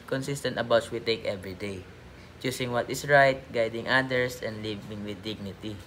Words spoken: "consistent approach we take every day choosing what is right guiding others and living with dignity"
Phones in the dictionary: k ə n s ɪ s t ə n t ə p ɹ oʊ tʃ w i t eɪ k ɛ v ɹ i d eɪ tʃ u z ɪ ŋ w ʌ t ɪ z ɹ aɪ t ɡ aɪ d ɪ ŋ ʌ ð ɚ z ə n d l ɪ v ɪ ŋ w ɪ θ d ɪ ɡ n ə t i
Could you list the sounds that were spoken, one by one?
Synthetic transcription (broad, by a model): k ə n s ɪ s t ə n t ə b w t s w i t eɪ k ɛ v ɹ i d eɪ tʃ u s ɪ ŋ w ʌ t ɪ s ɹ aɪ t ɡ aɪ d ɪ ŋ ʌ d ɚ s ə n d l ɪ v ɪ ŋ w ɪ d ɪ ɡ n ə t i